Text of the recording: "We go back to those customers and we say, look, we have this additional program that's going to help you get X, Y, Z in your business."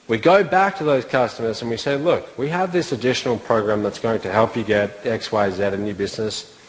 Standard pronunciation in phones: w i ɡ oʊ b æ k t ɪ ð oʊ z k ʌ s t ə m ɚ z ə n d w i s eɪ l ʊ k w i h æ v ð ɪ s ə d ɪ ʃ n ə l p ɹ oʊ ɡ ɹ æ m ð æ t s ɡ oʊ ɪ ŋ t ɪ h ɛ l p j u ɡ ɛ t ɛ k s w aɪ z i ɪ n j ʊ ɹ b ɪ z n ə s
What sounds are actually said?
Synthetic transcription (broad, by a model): w i ɡ oʊ b æ k t ɪ ð oʊ z k ʌ s t ə m ɚ z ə n w i s eɪ l ʊ k w i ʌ v ð ɪ s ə d ɪ ʃ n l p ɹ oʊ ɡ ɹ æ m ð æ t s ɡ oʊ ɪ ŋ t ɪ h ɛ l p j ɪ ɡ ɛ t ɛ k s w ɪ z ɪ ɪ n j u b ɪ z n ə s